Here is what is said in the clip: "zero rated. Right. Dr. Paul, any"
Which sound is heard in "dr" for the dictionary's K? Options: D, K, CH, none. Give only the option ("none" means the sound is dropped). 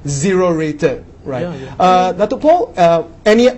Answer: none